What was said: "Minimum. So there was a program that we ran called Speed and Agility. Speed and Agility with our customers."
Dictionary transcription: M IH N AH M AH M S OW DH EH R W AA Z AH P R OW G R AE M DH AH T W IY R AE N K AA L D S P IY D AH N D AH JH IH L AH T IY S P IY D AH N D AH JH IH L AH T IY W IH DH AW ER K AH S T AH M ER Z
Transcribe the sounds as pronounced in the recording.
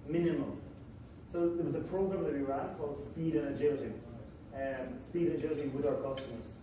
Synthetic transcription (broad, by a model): M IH N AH M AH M S OW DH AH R W AA Z AH P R OW G R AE M DH AH T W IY R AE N K AA L D S P IY D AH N AH JH IH L AH T IY S P IY D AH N AH JH IH L AH T IY W IH DH AW ER K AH S T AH M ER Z